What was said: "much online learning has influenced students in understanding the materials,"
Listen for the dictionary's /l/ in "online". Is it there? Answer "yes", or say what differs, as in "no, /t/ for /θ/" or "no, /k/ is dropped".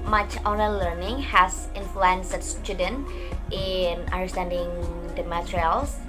no, /l/ is dropped